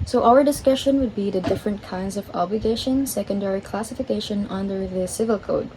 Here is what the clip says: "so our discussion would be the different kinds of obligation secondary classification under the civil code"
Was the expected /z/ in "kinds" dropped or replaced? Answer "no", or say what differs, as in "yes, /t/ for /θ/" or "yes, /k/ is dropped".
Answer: no